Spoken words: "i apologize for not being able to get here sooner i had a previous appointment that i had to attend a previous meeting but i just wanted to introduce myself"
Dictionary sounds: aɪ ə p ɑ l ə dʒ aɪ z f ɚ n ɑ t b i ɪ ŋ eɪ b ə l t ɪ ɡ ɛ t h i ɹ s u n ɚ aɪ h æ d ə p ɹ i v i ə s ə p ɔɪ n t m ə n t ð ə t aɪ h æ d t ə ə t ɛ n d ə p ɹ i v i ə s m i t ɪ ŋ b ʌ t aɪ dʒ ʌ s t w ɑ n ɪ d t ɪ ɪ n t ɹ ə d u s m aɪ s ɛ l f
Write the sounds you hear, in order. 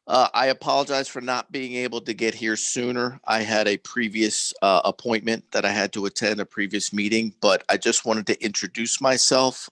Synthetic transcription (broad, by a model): aɪ ə p ɑ l ə dʒ aɪ z f ɚ n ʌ t b i ɪ ŋ eɪ b l t ɪ ɡ ɛ t h i ɹ s u n ɚ aɪ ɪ d ə p ɹ i v i ə s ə p ɔɪ n m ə n ð ə t aɪ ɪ d t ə ə t ɛ n d ə p ɹ i v i ə s m i t ɪ ŋ b ʌ t aɪ dʒ ʌ s t w ɑ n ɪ d t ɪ ɪ n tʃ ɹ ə d u s m aɪ s ɛ l f